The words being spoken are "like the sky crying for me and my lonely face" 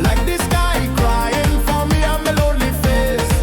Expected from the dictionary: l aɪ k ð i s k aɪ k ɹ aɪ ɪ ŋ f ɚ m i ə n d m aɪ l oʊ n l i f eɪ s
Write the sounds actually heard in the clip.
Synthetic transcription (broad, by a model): l aɪ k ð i s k aɪ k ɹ aɪ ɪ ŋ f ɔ m i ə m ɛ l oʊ l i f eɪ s